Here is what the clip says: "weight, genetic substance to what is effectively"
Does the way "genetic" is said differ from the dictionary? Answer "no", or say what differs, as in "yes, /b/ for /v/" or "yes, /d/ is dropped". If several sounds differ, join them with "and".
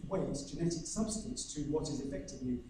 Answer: no